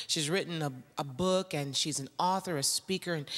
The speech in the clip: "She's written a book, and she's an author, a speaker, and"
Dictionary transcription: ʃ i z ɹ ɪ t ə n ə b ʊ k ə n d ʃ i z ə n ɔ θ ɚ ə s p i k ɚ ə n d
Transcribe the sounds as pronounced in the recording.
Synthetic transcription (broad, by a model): ʃ i z ɹ ɪ t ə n ə b ʊ k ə n ʃ i z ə n ɔ θ ɚ ə s p i k ɚ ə n